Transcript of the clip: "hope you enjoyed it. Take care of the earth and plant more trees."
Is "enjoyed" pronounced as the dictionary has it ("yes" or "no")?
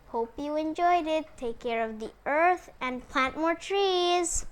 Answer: yes